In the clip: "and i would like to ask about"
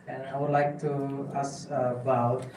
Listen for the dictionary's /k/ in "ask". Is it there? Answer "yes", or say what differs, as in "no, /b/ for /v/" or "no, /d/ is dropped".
no, /k/ is dropped